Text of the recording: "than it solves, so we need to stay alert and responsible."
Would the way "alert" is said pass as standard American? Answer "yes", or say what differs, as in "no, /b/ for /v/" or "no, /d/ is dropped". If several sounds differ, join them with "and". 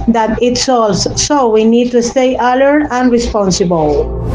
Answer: no, /t/ is dropped